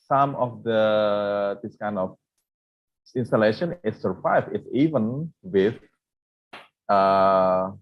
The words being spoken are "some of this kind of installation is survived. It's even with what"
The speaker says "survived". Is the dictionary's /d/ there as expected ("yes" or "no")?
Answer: no